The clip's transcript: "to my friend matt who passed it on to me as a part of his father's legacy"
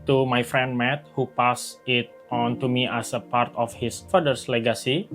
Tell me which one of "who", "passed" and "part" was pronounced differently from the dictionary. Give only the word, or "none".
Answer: passed